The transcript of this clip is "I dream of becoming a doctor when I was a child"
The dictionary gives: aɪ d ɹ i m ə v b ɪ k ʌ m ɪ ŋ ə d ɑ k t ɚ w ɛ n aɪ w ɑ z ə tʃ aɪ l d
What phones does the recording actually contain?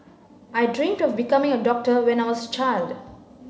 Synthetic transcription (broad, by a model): aɪ d ɹ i m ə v b ɪ k ʌ m ɪ ŋ ə d ɑ k t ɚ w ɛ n aɪ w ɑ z ə tʃ aɪ l d